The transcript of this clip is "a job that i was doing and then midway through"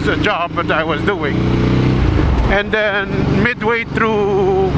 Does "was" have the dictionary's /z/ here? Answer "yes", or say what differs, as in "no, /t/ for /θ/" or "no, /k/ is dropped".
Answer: yes